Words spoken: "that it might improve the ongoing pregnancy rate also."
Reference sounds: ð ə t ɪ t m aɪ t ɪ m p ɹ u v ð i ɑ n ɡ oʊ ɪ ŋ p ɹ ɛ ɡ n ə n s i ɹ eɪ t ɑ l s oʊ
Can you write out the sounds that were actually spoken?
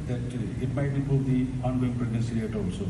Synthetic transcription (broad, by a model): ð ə t ɪ t m aɪ t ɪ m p u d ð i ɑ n ɡ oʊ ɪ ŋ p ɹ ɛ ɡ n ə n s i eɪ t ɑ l s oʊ